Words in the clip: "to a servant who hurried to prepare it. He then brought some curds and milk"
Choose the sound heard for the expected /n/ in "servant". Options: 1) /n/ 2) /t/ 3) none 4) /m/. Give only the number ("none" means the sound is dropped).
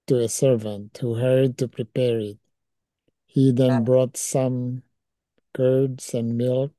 1